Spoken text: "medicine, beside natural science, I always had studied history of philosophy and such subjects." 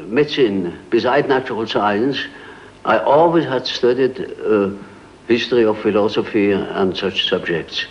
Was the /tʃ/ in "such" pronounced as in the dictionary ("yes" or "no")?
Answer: yes